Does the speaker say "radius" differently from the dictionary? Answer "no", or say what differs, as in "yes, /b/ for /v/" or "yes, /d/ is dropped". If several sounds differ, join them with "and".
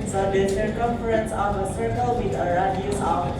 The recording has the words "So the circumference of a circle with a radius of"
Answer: yes, /s/ is dropped